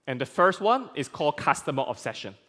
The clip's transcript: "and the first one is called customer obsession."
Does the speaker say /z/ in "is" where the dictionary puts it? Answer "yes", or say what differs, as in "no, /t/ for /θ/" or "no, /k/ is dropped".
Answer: no, /s/ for /z/